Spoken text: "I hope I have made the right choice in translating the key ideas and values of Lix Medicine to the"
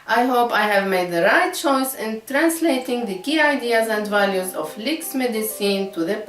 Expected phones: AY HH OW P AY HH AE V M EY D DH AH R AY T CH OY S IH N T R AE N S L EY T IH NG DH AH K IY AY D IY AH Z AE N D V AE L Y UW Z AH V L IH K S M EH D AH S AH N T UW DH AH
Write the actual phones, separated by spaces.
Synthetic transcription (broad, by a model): AY HH OW P AY HH AE V M EY D DH AH R AY T CH OY S IH N T R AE N S L EY T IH NG DH AH K IY AY D IY AH Z AE N D V AE L Y UW Z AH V L IH K S M EH D AH S AH N T UW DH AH